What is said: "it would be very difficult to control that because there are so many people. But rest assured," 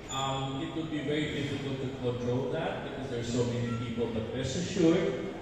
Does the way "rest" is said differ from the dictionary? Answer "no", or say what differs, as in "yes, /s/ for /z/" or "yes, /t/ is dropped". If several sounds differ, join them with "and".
yes, /t/ is dropped